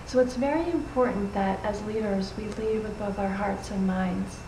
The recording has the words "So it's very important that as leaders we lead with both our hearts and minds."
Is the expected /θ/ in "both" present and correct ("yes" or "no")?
yes